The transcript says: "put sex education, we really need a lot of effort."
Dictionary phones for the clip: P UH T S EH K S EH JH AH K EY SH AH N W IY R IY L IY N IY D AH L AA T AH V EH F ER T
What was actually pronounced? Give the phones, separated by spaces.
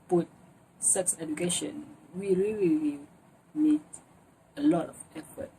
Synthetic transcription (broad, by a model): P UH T S EH K S EH JH AH K EY SH AH N W IY R IY L IY L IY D AH L AA T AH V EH F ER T